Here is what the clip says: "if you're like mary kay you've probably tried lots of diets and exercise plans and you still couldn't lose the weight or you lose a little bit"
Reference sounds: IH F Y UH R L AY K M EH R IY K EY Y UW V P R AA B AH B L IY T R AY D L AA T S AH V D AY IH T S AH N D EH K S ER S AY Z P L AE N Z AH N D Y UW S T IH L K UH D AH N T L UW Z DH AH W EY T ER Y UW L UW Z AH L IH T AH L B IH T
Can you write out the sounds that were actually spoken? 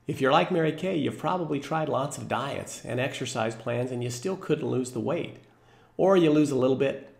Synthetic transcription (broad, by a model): IH F Y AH R L AY K M EH R IY K EY Y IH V P R AA B AH B L IY T R AY D L AA T S AH V D AY IH T S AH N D EH K S ER S AY Z P L AE N Z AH N Y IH S T IH L K UH D N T L UW Z DH AH W EY T ER Y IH L UW Z AH L IH T L B IH T